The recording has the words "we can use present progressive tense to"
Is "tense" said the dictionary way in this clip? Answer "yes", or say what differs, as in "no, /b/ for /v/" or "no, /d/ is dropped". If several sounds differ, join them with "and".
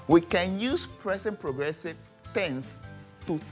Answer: yes